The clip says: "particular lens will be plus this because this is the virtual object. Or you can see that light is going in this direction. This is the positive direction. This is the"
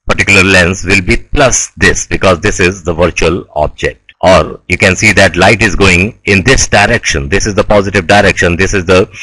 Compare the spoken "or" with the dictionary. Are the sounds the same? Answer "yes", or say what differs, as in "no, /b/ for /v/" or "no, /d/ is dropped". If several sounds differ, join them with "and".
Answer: yes